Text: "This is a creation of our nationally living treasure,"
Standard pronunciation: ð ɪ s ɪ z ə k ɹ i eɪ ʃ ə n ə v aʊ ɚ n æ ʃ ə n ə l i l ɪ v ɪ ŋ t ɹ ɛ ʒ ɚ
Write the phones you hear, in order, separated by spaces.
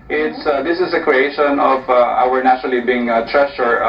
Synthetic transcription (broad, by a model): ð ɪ s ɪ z ə k ɹ i eɪ ʃ ə n ə v aʊ ɚ n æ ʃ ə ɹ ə l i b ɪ ɪ ŋ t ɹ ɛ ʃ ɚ